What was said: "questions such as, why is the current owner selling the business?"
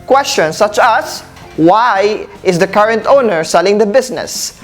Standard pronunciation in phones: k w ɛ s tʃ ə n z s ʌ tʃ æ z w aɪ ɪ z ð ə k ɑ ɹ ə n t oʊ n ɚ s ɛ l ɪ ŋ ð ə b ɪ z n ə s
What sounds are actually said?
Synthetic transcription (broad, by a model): k w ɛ s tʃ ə n s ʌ tʃ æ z w aɪ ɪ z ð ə k ɑ ɹ ə n t oʊ n ɚ s ɛ l ɪ ŋ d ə b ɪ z n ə s